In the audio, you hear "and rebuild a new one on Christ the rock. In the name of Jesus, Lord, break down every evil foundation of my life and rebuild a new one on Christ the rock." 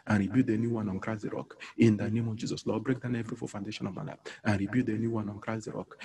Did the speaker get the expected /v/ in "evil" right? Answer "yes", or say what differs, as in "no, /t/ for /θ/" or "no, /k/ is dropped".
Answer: no, /f/ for /v/